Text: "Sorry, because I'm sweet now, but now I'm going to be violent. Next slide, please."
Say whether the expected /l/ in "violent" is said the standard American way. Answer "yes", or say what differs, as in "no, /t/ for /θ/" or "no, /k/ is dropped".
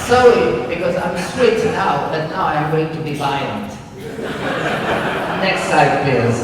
no, /l/ is dropped